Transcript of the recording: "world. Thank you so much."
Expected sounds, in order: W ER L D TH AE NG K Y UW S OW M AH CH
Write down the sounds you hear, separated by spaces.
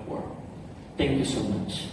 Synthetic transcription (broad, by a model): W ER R TH AE NG K Y UW S OW M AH CH